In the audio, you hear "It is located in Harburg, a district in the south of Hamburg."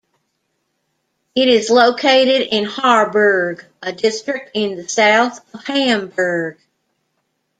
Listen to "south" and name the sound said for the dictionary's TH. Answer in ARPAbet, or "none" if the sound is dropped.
TH